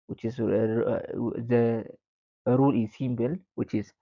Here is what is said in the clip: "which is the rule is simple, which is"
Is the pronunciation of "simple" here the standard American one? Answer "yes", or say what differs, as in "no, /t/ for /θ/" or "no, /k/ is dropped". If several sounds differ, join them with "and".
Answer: no, /b/ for /p/